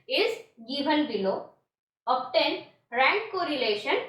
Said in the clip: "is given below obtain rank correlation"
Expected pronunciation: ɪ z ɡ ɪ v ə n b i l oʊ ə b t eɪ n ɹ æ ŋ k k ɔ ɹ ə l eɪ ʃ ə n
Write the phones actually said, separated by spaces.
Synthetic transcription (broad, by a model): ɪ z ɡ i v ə l b i l oʊ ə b t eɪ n ɹ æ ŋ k k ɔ ɹ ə l eɪ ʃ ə n